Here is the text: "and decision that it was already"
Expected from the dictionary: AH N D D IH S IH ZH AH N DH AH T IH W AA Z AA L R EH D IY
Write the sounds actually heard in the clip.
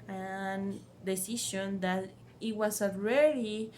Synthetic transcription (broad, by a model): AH N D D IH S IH SH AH N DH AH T IH W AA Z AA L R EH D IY